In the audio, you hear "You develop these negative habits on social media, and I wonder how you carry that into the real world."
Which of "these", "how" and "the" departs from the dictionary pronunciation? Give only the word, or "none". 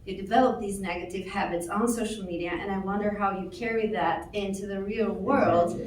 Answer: none